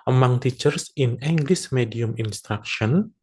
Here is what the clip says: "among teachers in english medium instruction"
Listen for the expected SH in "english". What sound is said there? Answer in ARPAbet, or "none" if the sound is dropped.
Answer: S